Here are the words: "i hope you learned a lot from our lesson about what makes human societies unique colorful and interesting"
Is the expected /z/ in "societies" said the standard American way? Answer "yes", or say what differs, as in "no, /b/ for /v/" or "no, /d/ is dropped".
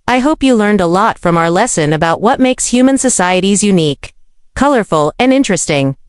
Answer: yes